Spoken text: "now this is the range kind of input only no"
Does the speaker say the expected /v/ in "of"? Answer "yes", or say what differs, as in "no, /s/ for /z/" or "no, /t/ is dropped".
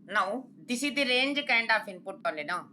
no, /p/ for /v/